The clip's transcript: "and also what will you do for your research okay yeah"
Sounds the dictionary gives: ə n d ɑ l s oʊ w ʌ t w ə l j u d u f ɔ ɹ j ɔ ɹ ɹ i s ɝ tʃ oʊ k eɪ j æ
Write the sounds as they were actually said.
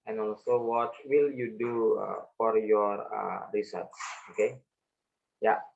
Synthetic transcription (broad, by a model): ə n ɑ l s oʊ w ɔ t w ə l j u d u f ɔ ɹ j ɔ ɹ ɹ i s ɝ s oʊ k eɪ j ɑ